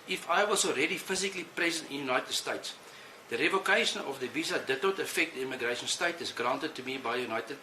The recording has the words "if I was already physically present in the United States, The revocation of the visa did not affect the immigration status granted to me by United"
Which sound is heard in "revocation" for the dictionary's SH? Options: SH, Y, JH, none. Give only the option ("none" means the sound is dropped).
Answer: SH